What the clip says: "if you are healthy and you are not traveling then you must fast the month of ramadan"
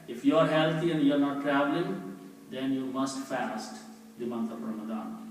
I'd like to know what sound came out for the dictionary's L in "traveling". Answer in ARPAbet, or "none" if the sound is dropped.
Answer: L